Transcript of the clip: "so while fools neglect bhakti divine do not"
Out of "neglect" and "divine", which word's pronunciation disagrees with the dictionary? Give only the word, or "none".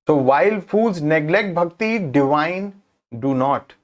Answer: none